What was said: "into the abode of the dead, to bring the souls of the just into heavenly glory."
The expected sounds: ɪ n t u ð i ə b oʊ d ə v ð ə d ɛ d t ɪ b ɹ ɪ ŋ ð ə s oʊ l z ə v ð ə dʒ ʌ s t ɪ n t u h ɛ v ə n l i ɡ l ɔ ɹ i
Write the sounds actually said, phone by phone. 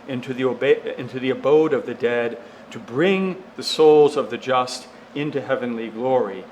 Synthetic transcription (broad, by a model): ɪ n t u ð i ə b oʊ d ə v ð ə d ɛ d t ɪ b ɹ ɪ ŋ ð ə s oʊ l z ə v ð ə dʒ ʌ s t ɪ n t u h ɛ v ə n l i ɡ l ɔ ɹ i